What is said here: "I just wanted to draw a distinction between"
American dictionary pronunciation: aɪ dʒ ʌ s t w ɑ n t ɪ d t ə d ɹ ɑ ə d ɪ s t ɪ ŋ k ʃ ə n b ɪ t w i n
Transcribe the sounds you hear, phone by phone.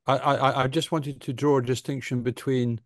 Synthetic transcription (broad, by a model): aɪ dʒ ʌ s t w ɑ n t ɪ d t ə d ɹ ɑ ə d ɪ s t ɪ ŋ k ʃ ə n b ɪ t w i n